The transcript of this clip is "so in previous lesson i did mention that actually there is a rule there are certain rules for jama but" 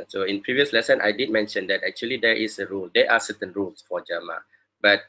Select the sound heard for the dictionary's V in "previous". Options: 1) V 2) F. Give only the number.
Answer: 1